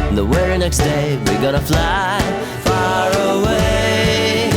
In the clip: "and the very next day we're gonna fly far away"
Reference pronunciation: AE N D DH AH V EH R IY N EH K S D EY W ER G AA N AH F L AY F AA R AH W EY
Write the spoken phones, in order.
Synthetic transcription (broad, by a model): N DH AH W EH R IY N EH K S D EY W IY G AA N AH F L AY F AA R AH W EY